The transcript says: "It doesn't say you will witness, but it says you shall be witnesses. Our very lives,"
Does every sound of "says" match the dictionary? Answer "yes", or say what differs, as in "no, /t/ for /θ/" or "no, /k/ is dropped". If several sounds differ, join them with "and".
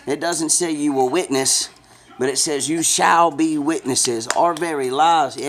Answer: yes